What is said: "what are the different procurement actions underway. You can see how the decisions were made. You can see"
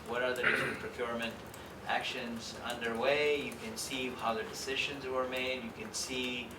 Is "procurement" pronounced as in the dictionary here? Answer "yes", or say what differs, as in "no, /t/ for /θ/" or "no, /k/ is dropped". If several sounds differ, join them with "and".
yes